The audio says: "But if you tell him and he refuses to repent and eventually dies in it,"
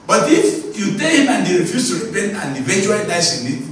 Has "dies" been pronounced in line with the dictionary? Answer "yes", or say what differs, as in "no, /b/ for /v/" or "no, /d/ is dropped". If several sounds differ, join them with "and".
no, /s/ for /z/